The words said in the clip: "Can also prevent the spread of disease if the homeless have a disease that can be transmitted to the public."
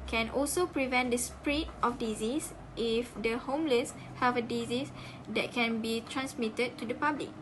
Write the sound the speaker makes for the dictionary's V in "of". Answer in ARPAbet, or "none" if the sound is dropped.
F